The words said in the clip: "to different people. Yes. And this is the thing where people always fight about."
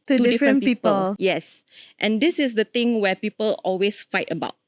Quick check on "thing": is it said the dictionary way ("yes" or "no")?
no